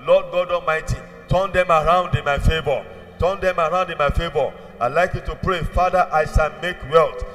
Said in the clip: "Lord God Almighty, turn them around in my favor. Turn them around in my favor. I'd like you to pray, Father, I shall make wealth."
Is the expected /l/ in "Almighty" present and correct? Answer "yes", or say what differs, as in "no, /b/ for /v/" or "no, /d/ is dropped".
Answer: no, /l/ is dropped